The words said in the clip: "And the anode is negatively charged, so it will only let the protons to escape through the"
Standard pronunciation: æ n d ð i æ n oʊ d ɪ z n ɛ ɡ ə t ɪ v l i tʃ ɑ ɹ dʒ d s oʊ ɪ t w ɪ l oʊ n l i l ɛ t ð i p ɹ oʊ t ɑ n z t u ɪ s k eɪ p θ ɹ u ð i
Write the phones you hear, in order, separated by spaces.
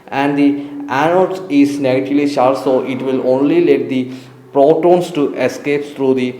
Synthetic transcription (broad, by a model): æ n d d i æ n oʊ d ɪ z n ɛ ɡ ə t ɪ v l i ʃ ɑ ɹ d s oʊ ɪ t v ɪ l oʊ n l i l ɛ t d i p ɹ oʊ t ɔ n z t u ɪ s k eɪ p t ɹ u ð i